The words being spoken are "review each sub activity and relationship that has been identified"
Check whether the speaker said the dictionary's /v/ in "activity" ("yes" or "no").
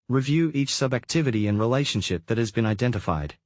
yes